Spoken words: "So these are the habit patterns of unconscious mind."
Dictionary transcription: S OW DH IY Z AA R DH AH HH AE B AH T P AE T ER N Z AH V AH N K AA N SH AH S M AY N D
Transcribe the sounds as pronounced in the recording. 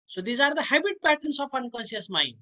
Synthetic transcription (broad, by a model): S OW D IY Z AA R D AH HH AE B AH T P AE T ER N S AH P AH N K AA N S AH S M AY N